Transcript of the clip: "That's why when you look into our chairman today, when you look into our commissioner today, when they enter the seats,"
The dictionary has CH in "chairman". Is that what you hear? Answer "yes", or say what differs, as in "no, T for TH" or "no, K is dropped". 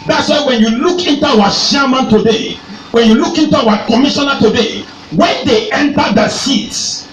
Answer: no, SH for CH